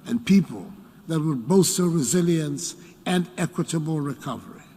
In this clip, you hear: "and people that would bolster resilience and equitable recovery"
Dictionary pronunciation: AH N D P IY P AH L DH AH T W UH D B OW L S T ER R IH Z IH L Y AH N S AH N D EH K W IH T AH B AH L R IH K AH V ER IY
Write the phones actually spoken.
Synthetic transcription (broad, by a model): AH N P IY P AH L DH AH T W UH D B OW S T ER R IH Z IH L Y AH N S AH N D EH K W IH T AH B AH L R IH K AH V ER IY